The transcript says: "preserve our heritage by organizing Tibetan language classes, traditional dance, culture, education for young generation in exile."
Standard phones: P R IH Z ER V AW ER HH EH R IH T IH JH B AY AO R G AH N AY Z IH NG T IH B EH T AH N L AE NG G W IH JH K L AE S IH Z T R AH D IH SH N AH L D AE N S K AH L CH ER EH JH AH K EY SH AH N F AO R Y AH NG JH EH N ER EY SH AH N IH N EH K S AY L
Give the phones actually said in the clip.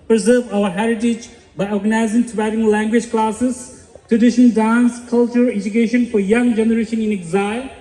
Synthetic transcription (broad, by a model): P R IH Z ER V AW ER HH EH R IH T IH JH B AY AO R G AH N AY Z IH NG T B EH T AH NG L AE NG G W IH JH K L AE S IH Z T R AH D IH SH AH N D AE N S K AH L CH ER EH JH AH K EY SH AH N F AO R Y AH NG JH EH N ER EY SH AH N IH N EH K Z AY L